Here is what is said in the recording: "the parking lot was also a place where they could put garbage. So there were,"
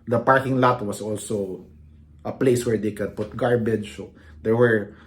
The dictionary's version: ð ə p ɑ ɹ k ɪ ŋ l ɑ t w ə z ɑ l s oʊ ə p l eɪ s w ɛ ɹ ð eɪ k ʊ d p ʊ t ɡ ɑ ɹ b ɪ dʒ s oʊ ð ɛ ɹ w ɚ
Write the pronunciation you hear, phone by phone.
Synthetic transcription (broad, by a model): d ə p ɑ ɹ k ɪ ŋ l ɑ t w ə s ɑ l s oʊ ə p l eɪ s w ɛ ɹ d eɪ k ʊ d p ʊ t ɡ ɑ ɹ b ɪ dʒ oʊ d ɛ ɹ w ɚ